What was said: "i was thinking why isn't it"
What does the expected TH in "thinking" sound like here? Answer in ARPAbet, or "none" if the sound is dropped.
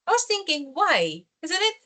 TH